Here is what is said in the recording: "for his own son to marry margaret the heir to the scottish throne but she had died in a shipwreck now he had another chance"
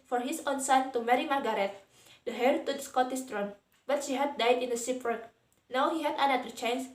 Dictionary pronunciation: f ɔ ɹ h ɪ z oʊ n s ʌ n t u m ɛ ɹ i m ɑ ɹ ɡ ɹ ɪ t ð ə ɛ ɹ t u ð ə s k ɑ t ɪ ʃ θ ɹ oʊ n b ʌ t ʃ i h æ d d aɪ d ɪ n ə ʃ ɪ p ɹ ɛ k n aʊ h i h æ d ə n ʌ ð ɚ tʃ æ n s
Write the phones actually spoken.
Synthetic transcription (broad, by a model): f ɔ ɹ h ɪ s oʊ n s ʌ n t u m ɛ ɹ i m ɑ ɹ ɡ ɹ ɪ t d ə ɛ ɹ t u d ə s k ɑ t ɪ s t ɹ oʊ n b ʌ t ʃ i h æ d d aɪ d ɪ n ə s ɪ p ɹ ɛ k n aʊ h i h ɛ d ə n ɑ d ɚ tʃ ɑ n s